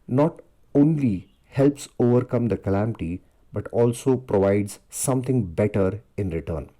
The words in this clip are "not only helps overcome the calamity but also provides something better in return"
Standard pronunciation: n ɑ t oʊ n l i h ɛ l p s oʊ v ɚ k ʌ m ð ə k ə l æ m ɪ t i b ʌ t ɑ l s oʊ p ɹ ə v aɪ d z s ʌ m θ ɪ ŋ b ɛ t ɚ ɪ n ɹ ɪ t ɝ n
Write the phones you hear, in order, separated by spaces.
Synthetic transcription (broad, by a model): n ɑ t oʊ n l i h ɛ l p s oʊ v ɚ k ʌ m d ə k ə l æ m ɪ t i b ʌ t ɑ l s oʊ p ɹ ə v aɪ d z s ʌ m t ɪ ŋ b ɛ t ɚ ɪ n ɹ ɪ t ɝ n